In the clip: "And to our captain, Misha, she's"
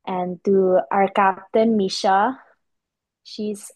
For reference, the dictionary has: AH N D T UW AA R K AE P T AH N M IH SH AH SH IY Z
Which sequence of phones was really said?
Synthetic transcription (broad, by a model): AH N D T UW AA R K AE P T AH N M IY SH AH SH IY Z